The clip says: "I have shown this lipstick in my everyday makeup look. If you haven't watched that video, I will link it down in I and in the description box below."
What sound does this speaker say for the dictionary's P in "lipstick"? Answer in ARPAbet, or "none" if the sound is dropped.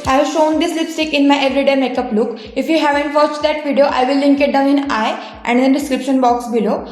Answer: P